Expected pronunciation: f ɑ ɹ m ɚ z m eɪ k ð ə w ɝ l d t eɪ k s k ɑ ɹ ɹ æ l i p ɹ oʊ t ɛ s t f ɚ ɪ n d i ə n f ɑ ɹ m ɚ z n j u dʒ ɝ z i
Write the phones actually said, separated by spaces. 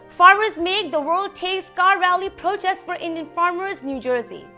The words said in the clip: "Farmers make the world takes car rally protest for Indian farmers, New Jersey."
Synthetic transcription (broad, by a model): f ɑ ɹ m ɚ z m eɪ k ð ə w ɝ l d t eɪ k s k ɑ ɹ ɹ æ l i p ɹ oʊ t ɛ s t f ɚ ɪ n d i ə n f ɑ ɹ m ɚ z n j u dʒ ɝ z i